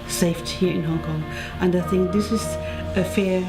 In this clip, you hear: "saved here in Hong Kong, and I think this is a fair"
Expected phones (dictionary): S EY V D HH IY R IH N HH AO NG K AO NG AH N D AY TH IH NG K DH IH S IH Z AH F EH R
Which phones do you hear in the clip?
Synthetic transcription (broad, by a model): S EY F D HH IY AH IH N HH AO NG K AO NG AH N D AY TH IH NG K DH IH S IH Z AH F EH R